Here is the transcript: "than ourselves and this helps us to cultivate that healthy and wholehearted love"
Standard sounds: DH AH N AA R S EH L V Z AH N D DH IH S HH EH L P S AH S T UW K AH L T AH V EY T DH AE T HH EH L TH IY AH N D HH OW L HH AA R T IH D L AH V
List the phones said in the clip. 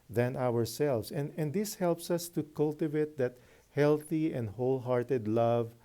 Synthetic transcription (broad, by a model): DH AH N AA R S EH L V S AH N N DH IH S HH EH L P S AH S T UW K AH L T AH V EY T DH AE T HH EH L TH IY AH N D HH OW L HH AA R T IH D L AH V